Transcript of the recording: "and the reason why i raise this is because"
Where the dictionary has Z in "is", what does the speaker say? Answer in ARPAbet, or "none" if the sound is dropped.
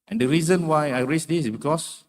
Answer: S